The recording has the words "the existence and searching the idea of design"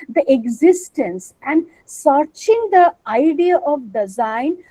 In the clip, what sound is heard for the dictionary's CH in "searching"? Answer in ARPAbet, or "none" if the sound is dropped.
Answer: CH